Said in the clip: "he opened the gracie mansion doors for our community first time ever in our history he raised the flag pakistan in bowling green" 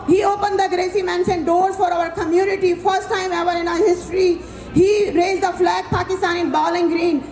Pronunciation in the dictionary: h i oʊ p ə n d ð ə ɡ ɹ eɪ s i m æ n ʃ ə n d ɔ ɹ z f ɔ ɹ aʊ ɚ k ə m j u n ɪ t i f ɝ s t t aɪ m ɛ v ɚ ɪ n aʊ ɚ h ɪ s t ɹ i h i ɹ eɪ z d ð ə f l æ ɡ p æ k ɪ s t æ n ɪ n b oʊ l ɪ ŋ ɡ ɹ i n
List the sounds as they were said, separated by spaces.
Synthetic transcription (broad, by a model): h i oʊ p ə n d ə ɡ ɹ eɪ s i m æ n s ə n d ɔ ɹ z f ɔ ɹ aʊ ɚ k ə m j u n ɪ t i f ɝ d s t aɪ m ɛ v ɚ ɪ n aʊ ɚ h ɪ s t ɹ i h i ɹ eɪ z d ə f l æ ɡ p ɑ k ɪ s t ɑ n ɪ n b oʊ l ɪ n ɡ ɹ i n